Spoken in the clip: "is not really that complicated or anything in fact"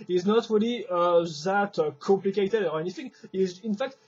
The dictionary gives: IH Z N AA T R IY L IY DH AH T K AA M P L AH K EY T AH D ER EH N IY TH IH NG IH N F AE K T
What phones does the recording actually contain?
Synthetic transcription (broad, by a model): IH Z N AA T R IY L IY DH AH T K AA M P L AH K EY T AH D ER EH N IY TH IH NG IH N F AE K T